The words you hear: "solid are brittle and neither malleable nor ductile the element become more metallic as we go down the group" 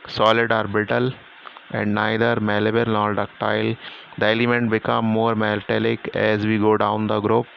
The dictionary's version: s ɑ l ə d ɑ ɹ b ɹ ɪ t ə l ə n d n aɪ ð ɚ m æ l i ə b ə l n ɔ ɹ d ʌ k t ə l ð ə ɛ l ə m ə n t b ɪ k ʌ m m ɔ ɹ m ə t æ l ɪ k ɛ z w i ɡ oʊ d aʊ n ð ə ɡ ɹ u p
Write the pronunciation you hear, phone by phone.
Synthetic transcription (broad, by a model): s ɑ l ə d ɑ ɹ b ɪ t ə l ə n d n aɪ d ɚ m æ l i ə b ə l n ɔ ɹ d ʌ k t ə l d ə ɛ l ə m ə n t b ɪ k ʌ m m ɔ ɹ m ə t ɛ l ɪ k ɛ z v i ɡ oʊ d aʊ n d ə ɡ ɹ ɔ p